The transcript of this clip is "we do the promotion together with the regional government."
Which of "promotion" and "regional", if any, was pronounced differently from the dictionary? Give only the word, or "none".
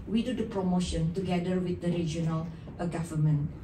none